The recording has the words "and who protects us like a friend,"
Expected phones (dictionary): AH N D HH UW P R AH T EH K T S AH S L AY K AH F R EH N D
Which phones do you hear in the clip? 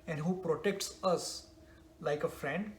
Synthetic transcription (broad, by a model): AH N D HH UW P R AH T EH K T S AH S L AY K AH F R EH N D